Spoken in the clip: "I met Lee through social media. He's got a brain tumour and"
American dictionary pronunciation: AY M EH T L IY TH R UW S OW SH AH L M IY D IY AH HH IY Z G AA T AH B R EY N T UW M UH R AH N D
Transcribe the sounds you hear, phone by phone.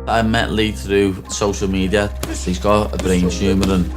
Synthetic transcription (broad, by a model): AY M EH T L IY TH R UW S OW SH AH L M IY D IY AH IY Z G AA AH B R EY N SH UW M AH R AH N